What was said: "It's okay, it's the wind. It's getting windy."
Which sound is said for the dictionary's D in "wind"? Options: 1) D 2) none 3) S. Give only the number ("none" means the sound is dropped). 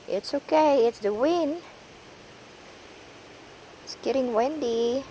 2